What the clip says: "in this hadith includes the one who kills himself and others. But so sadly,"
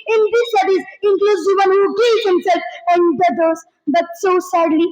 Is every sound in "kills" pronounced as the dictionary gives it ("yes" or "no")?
no